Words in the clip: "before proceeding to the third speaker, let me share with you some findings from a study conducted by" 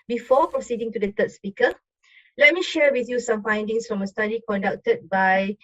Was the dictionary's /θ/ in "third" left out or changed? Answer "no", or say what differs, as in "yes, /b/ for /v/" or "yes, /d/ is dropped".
yes, /t/ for /θ/